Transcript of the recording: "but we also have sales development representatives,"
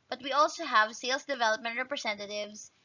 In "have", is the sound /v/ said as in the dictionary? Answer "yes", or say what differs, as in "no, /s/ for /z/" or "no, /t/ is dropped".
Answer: yes